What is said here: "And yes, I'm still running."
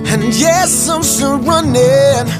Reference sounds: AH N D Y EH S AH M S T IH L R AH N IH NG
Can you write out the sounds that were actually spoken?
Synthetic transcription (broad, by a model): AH N Y EH S AH M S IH N R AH N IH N